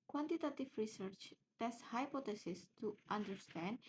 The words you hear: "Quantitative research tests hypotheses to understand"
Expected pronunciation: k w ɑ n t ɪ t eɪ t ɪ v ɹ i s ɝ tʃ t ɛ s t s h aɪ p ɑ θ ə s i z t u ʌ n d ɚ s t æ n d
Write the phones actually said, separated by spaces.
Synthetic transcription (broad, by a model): k w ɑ n t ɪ t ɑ t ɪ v ɹ i s ɝ tʃ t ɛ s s h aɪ p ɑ t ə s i s t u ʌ n d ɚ s t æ n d